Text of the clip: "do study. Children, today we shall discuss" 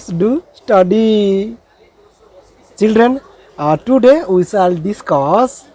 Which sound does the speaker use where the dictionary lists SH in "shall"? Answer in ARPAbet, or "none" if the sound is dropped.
S